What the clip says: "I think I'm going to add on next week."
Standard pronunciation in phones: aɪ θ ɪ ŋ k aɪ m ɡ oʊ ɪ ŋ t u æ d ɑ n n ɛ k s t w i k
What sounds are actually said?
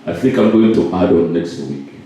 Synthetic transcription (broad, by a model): aɪ θ ɪ ŋ k aɪ m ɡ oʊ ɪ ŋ t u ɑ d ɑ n n ɛ k s t w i k